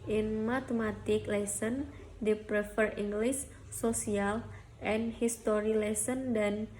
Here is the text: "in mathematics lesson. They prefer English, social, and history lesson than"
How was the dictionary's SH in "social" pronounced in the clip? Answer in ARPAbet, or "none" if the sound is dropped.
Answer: S